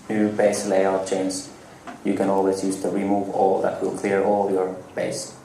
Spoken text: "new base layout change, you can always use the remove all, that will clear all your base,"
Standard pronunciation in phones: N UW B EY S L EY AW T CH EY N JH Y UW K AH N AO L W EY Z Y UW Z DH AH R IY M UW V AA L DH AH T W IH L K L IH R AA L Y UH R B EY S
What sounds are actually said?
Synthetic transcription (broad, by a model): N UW B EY S L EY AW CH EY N Z Y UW K AH N AO L W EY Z Y UW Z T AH R IY M UW V AA L DH AH T W IH L K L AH R AA L Y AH R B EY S